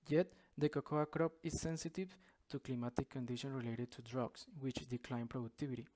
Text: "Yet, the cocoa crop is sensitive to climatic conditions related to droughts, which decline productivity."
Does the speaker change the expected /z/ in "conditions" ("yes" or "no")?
yes